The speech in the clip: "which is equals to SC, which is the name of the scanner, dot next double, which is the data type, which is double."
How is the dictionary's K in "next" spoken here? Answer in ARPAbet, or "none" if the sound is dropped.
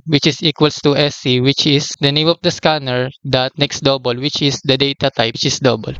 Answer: K